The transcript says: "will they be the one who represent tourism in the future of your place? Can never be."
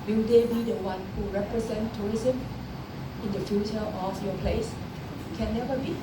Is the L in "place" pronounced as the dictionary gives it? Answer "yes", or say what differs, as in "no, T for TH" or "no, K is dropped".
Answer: yes